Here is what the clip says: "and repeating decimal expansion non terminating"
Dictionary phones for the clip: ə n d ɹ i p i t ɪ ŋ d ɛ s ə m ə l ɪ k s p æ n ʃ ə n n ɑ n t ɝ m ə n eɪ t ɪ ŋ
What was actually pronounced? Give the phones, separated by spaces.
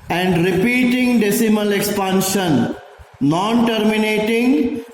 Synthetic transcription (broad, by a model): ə n d ɹ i p i t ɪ ŋ d ɛ s ə m ə l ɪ k s p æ n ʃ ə n n ɑ n t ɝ m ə n eɪ t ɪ ŋ